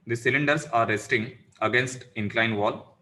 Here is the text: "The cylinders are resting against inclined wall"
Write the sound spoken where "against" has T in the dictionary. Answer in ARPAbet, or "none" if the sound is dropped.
T